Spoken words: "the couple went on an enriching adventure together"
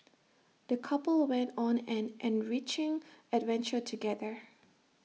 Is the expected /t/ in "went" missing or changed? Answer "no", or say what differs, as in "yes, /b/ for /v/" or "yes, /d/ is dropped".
no